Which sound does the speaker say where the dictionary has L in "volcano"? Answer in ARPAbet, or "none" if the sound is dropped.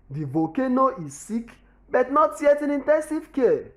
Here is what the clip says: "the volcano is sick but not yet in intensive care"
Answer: none